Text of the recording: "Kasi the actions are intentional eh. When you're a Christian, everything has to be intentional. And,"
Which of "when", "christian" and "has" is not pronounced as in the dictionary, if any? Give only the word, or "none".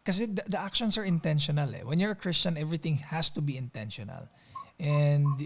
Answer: has